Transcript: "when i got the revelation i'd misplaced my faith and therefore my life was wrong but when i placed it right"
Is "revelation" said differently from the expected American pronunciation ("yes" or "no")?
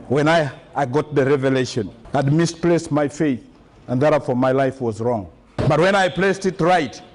no